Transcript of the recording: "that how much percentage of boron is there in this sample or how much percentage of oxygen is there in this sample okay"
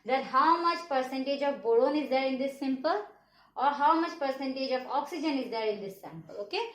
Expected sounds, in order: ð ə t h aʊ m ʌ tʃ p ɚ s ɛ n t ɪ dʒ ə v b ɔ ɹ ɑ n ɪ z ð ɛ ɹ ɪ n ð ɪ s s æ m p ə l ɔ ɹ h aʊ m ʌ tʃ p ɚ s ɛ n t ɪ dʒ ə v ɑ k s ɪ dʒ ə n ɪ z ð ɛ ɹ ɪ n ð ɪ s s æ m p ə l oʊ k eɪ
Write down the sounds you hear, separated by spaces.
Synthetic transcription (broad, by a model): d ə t h aʊ m ʌ tʃ p ɚ s ɛ n t ɪ dʒ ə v b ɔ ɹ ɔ n ɪ z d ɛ ɹ ɪ n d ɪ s s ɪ m p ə l ɔ ɹ h aʊ m ʌ tʃ p ɚ s ɛ n t ɪ dʒ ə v ɑ k s ɪ dʒ ə n ɪ z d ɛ ɹ ɪ n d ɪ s s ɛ m p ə l oʊ k eɪ